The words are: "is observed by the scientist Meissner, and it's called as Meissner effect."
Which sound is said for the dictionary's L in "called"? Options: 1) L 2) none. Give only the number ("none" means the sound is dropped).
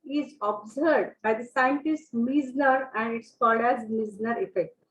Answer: 2